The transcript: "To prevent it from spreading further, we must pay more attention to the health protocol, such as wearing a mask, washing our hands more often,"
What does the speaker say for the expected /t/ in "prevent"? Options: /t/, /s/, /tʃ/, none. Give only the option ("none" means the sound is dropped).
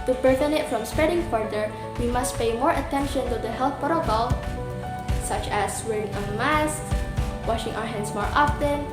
none